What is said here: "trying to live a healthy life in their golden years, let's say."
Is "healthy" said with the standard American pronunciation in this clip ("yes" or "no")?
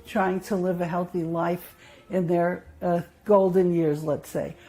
yes